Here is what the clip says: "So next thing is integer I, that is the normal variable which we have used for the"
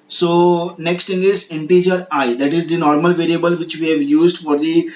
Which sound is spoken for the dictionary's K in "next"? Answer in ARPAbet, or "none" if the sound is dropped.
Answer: K